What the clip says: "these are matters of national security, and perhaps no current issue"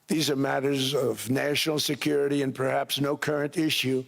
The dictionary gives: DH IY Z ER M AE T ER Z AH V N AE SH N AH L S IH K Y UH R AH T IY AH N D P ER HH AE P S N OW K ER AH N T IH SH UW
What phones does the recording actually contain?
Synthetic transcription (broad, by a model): DH IY Z ER M AE T ER Z AH V N AE SH N L S IH K Y UH R AH T IY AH N P ER HH AE P S N OW K ER AH N T IH SH UW